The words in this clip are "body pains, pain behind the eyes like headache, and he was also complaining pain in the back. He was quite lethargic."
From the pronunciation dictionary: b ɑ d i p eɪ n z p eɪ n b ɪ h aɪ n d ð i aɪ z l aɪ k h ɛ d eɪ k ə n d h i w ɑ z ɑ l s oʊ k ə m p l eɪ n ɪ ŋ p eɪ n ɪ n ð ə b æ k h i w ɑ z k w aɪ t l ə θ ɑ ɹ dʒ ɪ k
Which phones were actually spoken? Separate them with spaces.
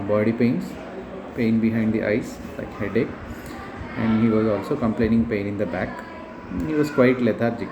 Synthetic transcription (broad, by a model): b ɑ d i p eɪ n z p eɪ n b ɪ h aɪ n d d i aɪ s l aɪ k h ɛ d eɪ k ə n d h i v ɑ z ɑ l s oʊ k ə m p l eɪ n ɪ ŋ p eɪ n ɪ n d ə b æ k h i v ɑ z k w aɪ t l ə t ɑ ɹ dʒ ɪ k